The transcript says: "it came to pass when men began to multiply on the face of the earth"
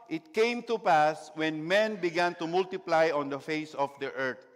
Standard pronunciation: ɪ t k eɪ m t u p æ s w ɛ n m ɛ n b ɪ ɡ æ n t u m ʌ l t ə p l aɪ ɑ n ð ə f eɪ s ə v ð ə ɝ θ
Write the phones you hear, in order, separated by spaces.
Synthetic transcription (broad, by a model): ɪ t k eɪ m t u p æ s w ɛ n m ɛ n b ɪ ɡ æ n t u m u l t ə p l aɪ ɑ n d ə f eɪ s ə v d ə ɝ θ